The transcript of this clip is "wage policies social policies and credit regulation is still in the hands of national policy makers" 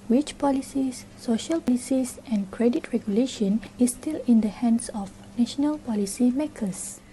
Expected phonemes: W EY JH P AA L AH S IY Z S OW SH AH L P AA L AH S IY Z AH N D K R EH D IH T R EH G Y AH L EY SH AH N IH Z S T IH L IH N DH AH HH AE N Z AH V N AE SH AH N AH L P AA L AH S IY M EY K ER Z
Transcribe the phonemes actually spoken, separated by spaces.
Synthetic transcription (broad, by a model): W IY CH P AA L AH S IY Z S OW SH AH L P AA L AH S IY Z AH N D K R EH D IH T R EH G Y AH L EY SH AH N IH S T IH L IH N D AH HH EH N S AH F N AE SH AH N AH L P AA L AH S IY M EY K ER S